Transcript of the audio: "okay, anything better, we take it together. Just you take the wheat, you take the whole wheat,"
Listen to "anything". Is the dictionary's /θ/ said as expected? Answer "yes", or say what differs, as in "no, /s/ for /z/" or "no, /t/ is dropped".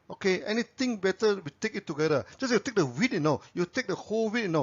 no, /t/ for /θ/